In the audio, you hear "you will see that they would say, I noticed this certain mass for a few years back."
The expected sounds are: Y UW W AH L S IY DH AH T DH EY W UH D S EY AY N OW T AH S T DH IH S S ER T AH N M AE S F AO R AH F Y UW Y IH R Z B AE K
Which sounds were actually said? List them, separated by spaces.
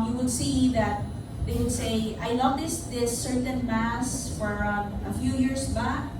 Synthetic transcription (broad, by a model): Y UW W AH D S IY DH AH T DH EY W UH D S EY AY L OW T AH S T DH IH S S ER T AH N M AE S F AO R AH F Y UW Y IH R S B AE K